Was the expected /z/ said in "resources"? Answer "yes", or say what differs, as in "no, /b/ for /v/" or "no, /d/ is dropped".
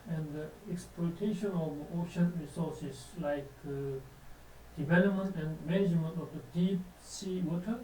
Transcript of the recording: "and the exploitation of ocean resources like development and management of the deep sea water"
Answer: no, /s/ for /z/